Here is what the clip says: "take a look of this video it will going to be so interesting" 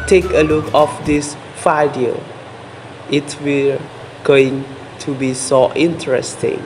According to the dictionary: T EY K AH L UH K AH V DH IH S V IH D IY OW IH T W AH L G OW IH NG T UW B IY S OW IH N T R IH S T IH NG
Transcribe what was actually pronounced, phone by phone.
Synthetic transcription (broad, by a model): T EY K AH L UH K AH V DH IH S F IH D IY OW IH T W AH G OW IH NG T UW B IY S OW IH N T R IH S T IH NG